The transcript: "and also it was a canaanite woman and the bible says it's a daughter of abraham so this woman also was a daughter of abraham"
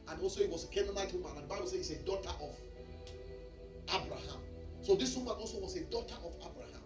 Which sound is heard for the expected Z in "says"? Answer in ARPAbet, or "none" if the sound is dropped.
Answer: none